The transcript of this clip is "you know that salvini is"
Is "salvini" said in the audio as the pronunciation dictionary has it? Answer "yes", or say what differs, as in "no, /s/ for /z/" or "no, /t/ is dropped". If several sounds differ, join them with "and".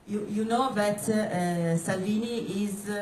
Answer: yes